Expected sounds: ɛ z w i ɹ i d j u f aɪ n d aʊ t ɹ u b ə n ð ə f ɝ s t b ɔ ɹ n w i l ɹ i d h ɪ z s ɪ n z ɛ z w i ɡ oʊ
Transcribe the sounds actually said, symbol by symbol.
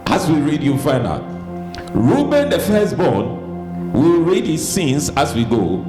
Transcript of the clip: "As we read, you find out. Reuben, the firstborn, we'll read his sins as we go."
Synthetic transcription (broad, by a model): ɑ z w i ɹ i d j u f aɪ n aʊ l ɹ u b ə n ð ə f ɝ s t b ɔ n w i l ɹ i d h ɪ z s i n s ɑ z w i ɡ oʊ